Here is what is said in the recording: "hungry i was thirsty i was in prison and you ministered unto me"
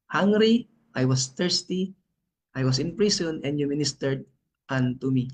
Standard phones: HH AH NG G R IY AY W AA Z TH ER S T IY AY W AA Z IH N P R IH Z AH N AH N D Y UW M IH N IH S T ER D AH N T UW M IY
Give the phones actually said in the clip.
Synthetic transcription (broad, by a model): HH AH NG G R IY AY W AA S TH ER S T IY AY W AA S IH N P R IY S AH N AH N D Y UW M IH N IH S T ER D AH N T UW M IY